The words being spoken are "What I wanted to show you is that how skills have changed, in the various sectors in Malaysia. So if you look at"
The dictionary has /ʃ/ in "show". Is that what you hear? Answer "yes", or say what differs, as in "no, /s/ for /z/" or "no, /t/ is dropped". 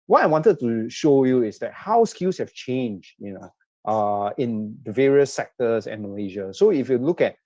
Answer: yes